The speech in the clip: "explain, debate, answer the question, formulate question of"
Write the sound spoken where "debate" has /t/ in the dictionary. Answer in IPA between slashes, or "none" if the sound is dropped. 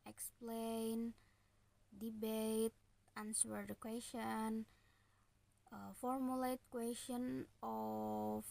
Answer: /t/